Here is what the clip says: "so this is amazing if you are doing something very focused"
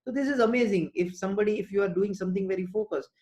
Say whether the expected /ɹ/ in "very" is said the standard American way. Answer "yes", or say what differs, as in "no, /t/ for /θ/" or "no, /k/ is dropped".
yes